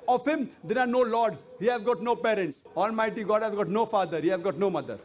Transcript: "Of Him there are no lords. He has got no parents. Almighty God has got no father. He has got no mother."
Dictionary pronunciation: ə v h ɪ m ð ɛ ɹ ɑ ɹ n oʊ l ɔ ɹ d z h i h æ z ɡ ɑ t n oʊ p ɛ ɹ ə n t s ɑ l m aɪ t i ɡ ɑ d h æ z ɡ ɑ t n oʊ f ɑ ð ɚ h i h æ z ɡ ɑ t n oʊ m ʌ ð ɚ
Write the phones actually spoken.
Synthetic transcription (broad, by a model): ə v h ɪ m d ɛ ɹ ɑ ɹ n oʊ l ɔ ɹ d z h i h æ z ɡ ɑ t n oʊ p ɛ ɹ ə n t s ɑ l m aɪ t i ɡ ɑ d h æ z ɡ ɑ t n oʊ f ɑ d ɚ h i h æ z ɡ ɑ t n oʊ m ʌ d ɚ